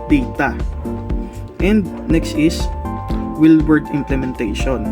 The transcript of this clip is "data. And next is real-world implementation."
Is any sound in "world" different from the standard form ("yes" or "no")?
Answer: yes